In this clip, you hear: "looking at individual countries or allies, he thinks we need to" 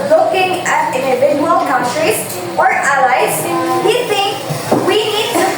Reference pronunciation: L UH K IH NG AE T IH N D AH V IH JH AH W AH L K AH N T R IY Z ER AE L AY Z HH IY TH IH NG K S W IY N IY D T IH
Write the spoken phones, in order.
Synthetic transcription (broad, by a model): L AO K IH NG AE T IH N D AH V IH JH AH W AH L K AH N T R IY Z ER AE L AY Z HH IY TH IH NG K W IY N IY D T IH